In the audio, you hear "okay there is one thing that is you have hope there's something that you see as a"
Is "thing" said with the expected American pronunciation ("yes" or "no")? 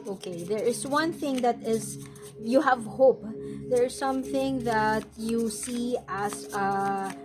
yes